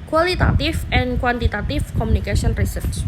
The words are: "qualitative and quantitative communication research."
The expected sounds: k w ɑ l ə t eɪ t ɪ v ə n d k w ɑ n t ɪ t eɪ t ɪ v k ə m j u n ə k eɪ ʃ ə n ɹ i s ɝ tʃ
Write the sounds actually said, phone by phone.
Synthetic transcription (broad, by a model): k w ɑ l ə t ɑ t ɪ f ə n k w ɑ n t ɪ t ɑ t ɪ f k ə m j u n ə k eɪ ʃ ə n ɹ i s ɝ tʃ